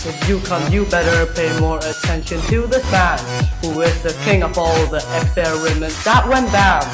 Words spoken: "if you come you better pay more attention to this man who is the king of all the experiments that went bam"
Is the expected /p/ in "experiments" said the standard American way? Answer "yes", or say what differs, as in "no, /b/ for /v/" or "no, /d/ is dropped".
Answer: no, /p/ is dropped